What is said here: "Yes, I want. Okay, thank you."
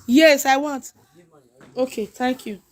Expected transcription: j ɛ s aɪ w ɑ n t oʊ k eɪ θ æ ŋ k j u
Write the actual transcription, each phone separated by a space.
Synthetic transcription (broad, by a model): j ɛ s aɪ w ɑ n t oʊ k eɪ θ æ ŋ k j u